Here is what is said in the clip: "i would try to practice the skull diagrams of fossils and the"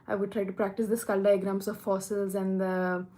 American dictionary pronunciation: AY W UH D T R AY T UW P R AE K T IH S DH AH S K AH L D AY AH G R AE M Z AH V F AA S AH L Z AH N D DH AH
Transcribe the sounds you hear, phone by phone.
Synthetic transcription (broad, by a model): AY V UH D T R AY T UW P R AE K T IH S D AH S K AH L D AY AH G R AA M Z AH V F AA S AH L Z AH N D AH